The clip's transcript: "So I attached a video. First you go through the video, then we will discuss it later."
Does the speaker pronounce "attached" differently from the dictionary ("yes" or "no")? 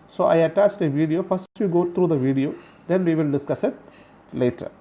no